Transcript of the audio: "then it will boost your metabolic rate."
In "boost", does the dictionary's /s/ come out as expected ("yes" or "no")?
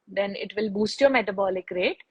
yes